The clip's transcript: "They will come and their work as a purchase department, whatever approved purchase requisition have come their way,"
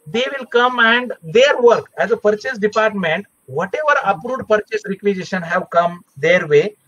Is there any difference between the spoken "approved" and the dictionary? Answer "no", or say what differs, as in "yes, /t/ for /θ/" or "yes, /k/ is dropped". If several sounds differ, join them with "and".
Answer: yes, /v/ is dropped